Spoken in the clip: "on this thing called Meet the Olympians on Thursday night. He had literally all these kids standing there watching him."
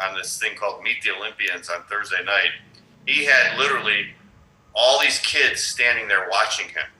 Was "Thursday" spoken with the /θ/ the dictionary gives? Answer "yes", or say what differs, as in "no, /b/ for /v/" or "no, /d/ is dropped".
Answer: yes